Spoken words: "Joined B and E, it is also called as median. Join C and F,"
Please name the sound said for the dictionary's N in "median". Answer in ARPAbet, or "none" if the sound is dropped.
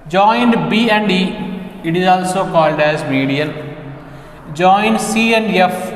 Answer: L